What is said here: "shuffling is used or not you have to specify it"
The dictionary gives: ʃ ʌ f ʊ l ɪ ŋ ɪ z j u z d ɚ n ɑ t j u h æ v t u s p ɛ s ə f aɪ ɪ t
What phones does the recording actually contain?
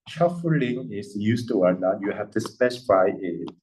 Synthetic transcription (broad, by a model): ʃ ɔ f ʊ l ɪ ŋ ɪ s j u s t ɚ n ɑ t j u h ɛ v t u s p ɛ s ə f aɪ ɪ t